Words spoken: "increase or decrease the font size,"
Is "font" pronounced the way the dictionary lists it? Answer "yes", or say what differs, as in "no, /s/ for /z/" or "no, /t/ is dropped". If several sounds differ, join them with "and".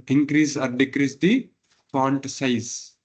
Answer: no, /p/ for /f/